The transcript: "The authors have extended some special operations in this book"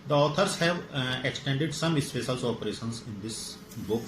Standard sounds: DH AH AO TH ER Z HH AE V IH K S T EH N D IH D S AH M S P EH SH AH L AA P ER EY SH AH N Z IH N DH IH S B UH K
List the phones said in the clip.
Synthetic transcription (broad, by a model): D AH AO T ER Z HH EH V IH K S T EH N D IH D S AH M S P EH S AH L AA P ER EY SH AH N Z IH N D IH S B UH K